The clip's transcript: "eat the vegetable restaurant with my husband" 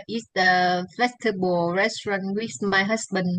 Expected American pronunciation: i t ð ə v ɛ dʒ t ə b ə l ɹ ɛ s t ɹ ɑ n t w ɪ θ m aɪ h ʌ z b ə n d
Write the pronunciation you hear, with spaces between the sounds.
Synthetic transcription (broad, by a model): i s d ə f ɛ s t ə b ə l ɹ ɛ s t ɹ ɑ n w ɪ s m aɪ h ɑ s b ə n